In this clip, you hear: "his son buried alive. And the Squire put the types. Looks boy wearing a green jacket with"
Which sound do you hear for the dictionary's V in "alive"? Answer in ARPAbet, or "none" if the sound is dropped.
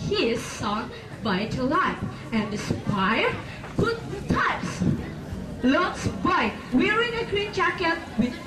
P